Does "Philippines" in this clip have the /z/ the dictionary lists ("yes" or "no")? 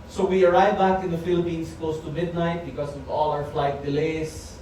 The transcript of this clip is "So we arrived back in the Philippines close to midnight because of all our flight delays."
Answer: no